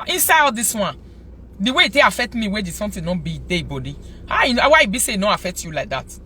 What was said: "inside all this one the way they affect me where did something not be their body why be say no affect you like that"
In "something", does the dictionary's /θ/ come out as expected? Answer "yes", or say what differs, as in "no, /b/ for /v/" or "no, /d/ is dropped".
no, /t/ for /θ/